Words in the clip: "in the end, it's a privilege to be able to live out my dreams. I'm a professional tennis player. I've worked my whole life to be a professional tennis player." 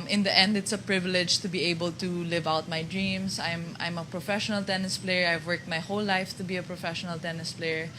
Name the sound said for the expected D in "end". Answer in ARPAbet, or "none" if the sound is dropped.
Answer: D